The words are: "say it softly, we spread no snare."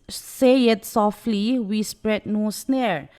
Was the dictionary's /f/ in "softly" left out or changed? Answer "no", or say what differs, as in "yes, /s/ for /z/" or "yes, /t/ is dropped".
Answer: no